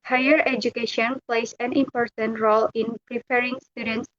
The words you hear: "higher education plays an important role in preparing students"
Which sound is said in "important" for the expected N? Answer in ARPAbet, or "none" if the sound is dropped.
N